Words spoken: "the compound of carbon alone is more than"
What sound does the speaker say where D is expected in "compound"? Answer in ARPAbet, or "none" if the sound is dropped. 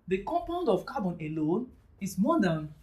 D